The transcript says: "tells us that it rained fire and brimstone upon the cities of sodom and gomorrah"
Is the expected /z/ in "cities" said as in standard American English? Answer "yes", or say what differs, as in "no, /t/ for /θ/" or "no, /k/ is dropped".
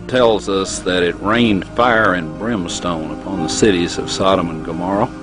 yes